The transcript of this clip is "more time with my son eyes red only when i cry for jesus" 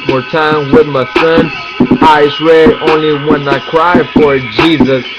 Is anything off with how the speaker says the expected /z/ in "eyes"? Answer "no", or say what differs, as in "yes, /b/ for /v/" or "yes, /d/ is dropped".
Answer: yes, /s/ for /z/